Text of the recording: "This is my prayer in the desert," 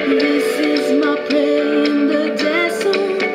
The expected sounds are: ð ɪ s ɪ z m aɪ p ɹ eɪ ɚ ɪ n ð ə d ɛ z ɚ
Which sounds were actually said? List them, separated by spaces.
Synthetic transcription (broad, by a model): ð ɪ s ɪ z m aɪ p l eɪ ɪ ɪ n ð ə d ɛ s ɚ